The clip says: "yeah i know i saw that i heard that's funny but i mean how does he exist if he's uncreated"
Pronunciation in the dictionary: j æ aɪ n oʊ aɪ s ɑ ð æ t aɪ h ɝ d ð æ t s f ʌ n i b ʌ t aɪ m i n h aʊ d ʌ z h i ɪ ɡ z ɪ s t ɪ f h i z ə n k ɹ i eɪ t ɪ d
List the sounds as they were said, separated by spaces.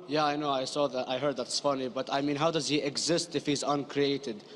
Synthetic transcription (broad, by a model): j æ aɪ n oʊ aɪ s ɑ ð æ t aɪ h ɝ d ð æ t s f ʌ n i b ʌ t aɪ m i n h aʊ d ʌ z h i ɪ ɡ z ɪ s t ɪ f h i z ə n k ɹ i eɪ t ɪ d